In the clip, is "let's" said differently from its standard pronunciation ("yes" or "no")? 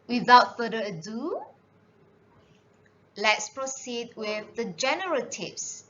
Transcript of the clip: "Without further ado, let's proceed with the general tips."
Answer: no